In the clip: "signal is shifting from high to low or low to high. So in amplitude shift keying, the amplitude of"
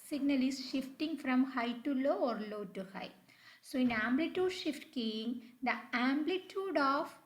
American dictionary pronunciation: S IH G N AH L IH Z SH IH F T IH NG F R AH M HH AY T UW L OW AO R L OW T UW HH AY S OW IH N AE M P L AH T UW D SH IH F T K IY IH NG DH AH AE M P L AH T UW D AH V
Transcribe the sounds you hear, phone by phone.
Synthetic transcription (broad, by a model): S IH G N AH L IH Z SH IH F T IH NG F R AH M HH AY T UW L OW AO R L OW T UW HH AY S OW IH N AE M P L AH T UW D SH IH F T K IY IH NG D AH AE M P L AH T UW D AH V